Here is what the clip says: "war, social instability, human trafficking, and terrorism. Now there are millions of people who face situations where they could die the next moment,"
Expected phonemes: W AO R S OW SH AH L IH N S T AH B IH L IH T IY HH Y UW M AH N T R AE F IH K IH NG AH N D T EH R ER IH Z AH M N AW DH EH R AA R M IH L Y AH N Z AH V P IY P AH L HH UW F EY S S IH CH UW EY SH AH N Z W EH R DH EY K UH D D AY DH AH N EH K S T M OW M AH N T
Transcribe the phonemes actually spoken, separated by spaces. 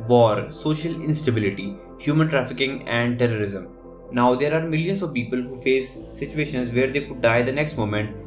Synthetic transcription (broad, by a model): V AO R S OW SH AH L IH N S T AH B IH L IH T IY HH Y UW M AH N T R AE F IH K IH NG AH N D T EH R ER IH Z AH M N AW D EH R AA R M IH L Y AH N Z AH V P IY P AH L HH UW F EY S S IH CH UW EY SH AH N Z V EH R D EY K UH D D AY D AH N EH K S T M OW M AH N T